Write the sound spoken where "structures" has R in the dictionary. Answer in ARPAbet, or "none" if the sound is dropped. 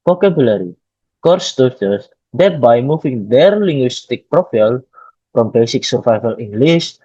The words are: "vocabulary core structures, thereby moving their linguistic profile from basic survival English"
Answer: none